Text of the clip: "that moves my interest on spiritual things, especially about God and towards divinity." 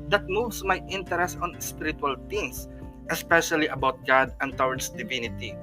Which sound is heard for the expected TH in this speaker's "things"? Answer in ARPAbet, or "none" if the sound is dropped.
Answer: T